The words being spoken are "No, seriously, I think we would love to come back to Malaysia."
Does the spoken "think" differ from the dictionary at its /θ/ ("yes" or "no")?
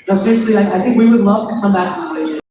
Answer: no